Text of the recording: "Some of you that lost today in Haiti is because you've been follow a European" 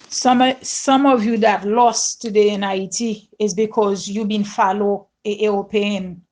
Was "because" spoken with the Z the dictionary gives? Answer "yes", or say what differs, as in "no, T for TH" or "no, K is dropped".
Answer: yes